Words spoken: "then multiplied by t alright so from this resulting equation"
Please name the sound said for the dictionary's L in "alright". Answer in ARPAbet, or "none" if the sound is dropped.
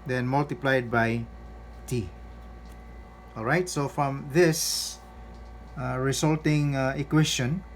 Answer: L